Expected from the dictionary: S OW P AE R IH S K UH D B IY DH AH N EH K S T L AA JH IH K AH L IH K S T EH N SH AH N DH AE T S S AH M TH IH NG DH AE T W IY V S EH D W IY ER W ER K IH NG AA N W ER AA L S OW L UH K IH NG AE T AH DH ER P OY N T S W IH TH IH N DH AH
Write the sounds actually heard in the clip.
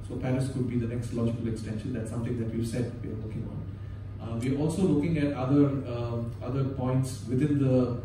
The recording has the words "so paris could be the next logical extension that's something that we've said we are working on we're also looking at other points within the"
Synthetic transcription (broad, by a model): S OW P AE R IH S K UH D B IY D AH N EH K S T L AA JH IH K AH L IH K S T EH N SH AH N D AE T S S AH M T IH NG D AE T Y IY S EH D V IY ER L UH K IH NG AA N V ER AA L S OW L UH K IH NG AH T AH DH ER P OY N T S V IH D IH N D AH